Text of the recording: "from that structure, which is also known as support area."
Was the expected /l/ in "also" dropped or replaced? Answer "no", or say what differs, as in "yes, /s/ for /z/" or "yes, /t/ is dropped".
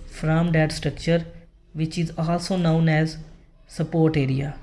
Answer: yes, /l/ is dropped